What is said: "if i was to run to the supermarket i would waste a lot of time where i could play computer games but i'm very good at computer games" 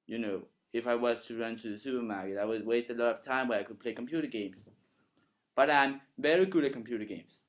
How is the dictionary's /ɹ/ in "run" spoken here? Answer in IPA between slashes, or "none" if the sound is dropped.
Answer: /ɹ/